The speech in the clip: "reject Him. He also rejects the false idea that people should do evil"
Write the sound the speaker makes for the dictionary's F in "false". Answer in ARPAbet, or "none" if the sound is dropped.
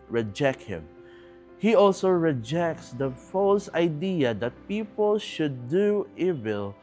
F